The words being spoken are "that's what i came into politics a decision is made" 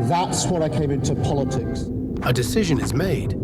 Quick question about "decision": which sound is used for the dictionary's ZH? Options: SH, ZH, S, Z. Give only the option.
ZH